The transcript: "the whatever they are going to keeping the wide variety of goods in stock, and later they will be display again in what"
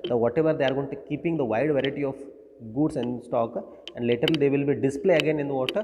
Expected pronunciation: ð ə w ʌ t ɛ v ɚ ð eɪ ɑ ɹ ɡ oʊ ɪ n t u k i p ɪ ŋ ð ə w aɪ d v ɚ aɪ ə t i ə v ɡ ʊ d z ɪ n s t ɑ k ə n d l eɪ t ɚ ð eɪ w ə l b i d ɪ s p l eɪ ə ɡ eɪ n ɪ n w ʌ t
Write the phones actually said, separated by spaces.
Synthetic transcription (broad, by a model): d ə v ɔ t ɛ v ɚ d eɪ ɑ ɹ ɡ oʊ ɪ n t u k i p ɪ ŋ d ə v aɪ d v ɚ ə t i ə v ɡ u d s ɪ n s t ɑ k ə n d l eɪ t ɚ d eɪ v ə l b i d ɪ s p l eɪ ə ɡ eɪ n ɪ n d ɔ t